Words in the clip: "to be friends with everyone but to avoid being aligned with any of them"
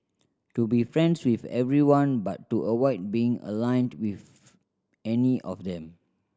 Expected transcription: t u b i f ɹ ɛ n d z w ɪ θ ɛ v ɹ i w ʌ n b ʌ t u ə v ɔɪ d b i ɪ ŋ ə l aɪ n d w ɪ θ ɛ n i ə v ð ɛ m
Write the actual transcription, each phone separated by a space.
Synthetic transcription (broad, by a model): t u b i f ɹ ɛ n d s w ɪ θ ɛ v ɹ i w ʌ n b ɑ t u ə w ɔɪ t b i ɪ ŋ ə l aɪ n d w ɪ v ɛ n i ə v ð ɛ m